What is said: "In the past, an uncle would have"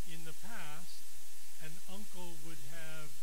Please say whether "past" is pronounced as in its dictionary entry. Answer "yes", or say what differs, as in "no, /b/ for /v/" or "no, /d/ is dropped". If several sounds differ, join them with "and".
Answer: yes